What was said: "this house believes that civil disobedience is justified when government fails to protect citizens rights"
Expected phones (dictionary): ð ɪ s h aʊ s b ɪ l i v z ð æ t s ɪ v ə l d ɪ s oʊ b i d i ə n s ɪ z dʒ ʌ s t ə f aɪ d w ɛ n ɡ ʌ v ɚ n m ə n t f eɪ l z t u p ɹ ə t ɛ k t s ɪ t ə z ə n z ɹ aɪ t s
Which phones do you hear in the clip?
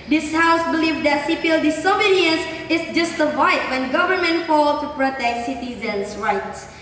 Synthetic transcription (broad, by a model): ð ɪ s h aʊ s b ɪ l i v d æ t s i p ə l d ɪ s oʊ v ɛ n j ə s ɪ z dʒ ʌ s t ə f aɪ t w ɛ n ɡ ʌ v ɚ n m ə n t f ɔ l t u p ɹ ə t ɛ k t s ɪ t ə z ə n s ɹ aɪ t s